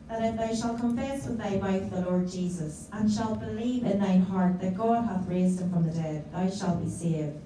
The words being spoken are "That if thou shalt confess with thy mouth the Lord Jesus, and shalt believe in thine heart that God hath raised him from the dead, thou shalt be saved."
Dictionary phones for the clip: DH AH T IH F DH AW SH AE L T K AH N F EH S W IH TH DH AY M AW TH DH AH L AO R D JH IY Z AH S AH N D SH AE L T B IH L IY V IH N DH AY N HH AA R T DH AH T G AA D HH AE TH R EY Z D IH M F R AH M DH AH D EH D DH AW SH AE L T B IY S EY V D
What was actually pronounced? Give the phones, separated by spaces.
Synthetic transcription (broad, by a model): DH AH T IH F DH AW SH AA L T K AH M F EH S W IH DH AY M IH F DH AH L AO R D JH IY Z AH S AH N SH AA L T B IH L IY V IH N DH AY N HH AA R T DH AH T G AA D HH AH TH R EY Z D IH M F R AH M DH AH D EH D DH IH SH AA L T B IY S EY V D